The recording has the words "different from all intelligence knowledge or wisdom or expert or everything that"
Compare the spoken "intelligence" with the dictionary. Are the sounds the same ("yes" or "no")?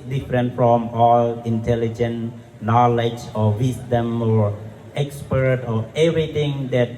no